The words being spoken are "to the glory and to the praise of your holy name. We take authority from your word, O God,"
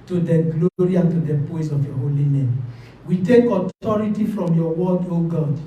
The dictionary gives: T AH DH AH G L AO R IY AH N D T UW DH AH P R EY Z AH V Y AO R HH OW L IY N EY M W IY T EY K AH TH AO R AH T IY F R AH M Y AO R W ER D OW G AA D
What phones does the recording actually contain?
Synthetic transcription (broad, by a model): T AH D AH G L AO R IY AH N T UW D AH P AO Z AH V Y AO HH OW L IY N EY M W IY T EY K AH T AO R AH T IY F R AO M Y AO W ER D OW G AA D